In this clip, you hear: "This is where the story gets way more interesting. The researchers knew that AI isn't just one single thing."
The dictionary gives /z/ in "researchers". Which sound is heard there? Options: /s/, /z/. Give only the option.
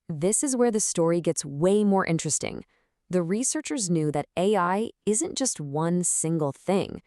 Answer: /z/